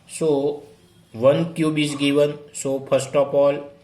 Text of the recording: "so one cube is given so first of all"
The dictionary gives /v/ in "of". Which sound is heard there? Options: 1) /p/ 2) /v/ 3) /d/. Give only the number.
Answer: 1